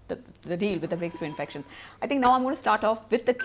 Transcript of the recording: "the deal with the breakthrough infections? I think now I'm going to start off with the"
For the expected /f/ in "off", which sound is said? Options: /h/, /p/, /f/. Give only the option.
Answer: /f/